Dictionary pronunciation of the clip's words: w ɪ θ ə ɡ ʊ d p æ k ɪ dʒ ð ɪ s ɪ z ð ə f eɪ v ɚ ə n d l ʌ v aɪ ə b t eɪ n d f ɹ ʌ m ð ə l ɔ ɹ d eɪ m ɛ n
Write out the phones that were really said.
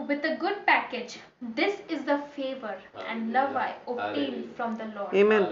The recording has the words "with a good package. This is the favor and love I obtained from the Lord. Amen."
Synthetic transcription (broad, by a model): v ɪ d ə ɡ ʊ d p æ k ɪ dʒ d ɪ s ɪ z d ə f eɪ v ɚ ə n d l ʌ v aɪ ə t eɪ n f ɹ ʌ m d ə l ɔ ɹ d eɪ m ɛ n